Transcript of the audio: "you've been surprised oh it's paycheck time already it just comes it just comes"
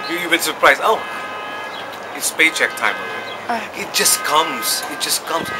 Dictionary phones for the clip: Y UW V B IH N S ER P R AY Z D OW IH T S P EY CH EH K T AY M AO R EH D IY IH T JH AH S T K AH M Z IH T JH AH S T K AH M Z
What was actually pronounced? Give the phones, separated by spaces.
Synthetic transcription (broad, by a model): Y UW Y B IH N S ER P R AY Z OW IH T S P EY CH EH K T AY M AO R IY IH T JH AH S K AH M Z IH T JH AH S K AH M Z